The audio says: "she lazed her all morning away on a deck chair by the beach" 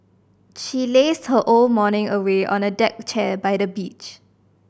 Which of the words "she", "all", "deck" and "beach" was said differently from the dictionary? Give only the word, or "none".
none